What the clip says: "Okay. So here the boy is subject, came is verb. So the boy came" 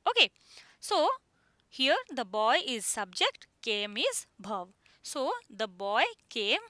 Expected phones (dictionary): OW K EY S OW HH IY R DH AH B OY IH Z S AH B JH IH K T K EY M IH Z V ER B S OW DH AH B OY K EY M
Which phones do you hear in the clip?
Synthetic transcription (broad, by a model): OW K EY S OW HH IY R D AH B OY IH Z S AH B JH IH K T K EY M IH Z B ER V S OW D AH B OY K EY M